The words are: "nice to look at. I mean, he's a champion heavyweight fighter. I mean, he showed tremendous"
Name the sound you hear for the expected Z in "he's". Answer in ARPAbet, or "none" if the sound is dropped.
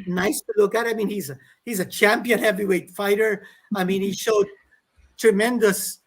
Z